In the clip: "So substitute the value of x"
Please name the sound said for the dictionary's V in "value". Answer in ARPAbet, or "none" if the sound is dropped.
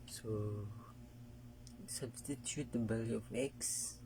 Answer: B